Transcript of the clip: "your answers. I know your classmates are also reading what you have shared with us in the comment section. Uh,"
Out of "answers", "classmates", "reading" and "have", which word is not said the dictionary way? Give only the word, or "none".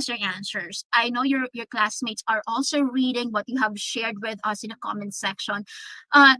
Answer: answers